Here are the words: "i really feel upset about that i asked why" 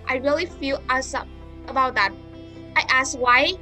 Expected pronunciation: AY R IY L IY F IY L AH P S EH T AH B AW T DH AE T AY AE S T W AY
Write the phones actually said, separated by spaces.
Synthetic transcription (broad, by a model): AY R IY L IY F IY L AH S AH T AH B AW T DH AE T AY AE S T W AY